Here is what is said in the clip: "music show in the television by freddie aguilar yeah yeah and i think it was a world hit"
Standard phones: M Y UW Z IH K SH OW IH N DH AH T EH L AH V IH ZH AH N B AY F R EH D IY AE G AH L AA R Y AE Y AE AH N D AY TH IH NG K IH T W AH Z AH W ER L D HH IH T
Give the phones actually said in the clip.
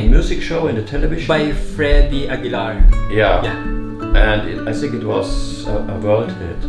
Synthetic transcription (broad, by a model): M Y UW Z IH K SH OW IH N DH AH T EH L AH V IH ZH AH B AY F R EH D IY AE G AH L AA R Y AE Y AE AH N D AY TH IH NG K IH T W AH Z AH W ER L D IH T